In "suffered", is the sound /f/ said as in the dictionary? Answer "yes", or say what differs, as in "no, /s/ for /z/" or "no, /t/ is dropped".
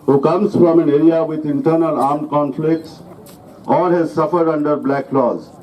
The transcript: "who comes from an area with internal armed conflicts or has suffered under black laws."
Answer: yes